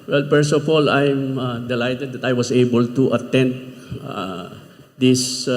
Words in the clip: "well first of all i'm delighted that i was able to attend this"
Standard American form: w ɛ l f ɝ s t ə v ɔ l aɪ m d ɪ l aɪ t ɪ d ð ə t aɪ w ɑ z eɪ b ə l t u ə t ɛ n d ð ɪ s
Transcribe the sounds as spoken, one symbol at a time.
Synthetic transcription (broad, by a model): w ɛ l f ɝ s ə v ɔ l aɪ m d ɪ l aɪ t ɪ d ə t aɪ w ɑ s eɪ b ə l t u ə t ɛ n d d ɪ s